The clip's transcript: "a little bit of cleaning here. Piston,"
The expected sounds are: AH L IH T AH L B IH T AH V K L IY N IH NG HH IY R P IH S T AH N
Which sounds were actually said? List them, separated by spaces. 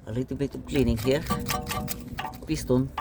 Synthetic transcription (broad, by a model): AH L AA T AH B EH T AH P K L IY N IH NG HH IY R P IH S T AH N